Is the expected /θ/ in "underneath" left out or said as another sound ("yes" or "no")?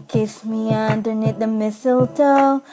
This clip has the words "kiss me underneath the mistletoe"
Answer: yes